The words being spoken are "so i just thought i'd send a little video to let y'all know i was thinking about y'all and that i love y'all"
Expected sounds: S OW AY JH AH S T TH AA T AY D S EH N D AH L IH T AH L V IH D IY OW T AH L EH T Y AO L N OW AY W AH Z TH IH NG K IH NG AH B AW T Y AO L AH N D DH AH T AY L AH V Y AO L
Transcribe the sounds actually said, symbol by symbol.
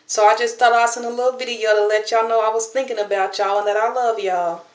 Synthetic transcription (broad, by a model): S OW AY JH AH S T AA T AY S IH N AH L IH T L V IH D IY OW T AH L EH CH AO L N OW AY W AH Z TH IH NG K IH NG AH B AW T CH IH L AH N DH AH T AY L AH V Y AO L